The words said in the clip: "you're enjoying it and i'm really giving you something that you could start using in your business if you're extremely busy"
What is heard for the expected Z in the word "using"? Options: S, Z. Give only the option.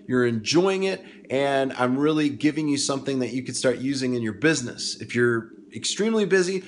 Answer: Z